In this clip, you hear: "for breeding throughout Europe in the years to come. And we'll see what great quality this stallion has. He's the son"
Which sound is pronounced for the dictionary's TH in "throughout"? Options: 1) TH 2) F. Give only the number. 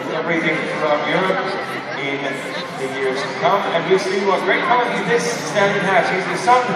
2